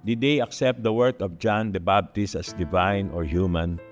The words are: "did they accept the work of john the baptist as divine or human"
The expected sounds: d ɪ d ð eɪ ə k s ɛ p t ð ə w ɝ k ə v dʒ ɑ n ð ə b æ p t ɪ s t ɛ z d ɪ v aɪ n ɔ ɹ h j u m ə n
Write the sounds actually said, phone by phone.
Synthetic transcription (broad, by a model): d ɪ d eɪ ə k s ɛ p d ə w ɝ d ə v dʒ ɑ n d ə b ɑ b t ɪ s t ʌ s d ɪ v aɪ n ɔ ɹ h j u m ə n